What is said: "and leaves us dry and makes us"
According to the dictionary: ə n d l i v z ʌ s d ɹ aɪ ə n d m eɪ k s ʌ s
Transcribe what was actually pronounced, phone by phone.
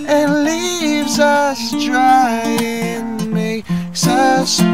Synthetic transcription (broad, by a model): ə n l i v z ʌ s d ɹ aɪ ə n m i s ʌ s